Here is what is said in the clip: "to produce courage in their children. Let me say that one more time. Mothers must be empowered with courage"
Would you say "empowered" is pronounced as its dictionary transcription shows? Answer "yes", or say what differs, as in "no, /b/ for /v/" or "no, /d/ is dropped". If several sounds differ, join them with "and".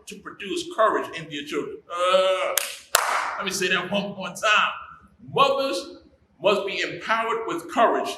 yes